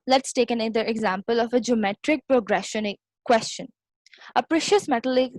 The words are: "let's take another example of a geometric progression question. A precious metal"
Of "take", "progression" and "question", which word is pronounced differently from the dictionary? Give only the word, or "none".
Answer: none